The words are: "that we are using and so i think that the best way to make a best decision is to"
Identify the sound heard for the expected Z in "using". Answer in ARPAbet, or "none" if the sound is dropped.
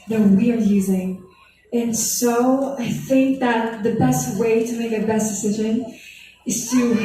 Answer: Z